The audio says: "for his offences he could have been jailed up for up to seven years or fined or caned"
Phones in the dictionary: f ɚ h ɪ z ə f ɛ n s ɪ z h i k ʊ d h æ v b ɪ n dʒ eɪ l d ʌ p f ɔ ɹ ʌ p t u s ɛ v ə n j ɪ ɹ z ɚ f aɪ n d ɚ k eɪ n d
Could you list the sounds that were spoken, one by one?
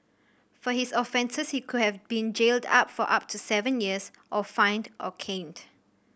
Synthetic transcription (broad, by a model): f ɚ h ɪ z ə f ɛ n s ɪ s h i k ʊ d h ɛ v b ɪ n dʒ eɪ l d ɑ p f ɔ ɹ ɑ p t u s ɛ v ə n j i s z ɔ f aɪ n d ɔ k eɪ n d